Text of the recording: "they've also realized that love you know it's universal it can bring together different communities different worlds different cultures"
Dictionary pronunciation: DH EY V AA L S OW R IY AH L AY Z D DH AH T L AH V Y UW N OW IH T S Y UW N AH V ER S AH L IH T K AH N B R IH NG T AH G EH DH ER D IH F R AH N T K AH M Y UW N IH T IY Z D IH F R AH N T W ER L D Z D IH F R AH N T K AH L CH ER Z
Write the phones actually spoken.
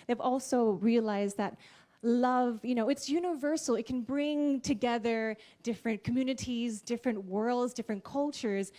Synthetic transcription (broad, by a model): DH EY V AA L S OW R IY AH L AY Z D DH AH T L AH V Y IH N OW IH T S Y UW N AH V ER S L IH T K N B R IH NG T AH G EH DH ER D IH F R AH N K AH M Y UW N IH T IY Z D IH F R AH N T W ER L D Z D IH F R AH N K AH L CH ER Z